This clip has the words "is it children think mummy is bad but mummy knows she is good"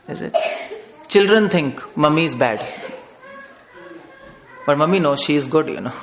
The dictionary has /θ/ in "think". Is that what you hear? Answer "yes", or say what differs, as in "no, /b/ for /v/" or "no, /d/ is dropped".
no, /t/ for /θ/